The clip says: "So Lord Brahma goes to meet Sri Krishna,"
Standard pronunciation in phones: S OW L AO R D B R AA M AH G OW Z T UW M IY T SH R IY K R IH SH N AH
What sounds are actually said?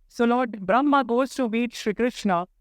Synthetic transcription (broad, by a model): S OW L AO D B R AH M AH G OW S T UW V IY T SH R IY K R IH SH N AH